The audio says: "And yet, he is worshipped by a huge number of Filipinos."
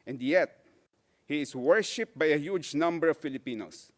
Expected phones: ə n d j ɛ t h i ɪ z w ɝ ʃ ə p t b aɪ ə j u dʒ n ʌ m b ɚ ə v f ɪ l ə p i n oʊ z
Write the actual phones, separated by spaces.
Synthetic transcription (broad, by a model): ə n d j ɛ t h i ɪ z w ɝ ʃ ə p b aɪ ə j u dʒ n ʌ m b ɚ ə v f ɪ l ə p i n oʊ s